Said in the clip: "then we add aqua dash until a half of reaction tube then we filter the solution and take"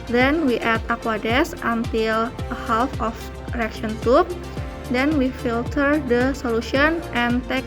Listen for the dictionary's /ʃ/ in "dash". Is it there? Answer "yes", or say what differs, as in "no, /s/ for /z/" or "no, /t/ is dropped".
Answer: no, /s/ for /ʃ/